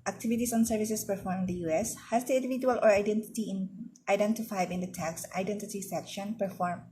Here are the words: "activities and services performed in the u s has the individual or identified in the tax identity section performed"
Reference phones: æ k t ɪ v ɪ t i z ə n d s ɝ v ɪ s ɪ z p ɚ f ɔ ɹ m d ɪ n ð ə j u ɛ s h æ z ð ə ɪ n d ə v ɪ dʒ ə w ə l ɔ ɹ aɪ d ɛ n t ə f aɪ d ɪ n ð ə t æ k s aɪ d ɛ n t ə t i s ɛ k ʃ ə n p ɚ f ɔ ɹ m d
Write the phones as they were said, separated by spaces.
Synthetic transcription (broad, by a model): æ k t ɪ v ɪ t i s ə n s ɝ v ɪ s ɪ s p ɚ f ɔ ɹ m ɪ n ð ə j u ɛ s h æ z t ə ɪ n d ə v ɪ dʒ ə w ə l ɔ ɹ aɪ d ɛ n t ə f aɪ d ɪ n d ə t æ k s aɪ d ɛ n t ə t i s ɛ k ʃ ə n p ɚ f ɔ ɹ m